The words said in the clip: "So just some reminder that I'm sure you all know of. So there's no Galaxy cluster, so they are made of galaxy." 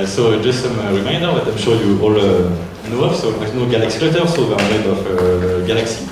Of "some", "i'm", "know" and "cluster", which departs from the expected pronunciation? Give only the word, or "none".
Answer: cluster